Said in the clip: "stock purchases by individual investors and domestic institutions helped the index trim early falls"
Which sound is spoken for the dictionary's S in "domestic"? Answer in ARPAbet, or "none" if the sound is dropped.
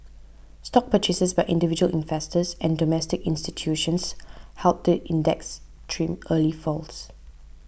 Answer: S